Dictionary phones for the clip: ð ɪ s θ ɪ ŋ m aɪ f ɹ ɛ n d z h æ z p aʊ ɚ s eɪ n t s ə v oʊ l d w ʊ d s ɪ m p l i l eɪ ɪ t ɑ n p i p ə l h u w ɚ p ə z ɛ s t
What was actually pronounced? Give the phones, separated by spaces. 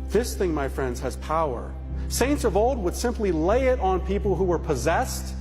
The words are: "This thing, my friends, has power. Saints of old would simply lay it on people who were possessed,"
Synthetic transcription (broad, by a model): ð ɪ s θ ɪ ŋ m aɪ f ɹ ɛ n d z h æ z p aʊ ɚ s eɪ n t s ə v oʊ l d w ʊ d s ɪ m p l i l eɪ ɪ t n p i p l h u w ɚ p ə z ɛ s t